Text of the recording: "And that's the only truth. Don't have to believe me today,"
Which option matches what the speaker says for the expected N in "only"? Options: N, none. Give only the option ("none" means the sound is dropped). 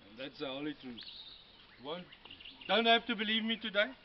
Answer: none